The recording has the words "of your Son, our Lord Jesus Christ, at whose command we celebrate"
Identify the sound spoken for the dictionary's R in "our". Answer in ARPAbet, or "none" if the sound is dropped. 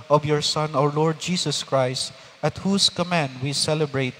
R